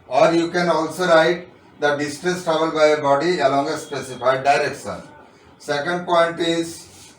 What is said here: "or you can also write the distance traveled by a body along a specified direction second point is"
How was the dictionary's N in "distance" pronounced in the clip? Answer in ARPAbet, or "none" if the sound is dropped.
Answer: none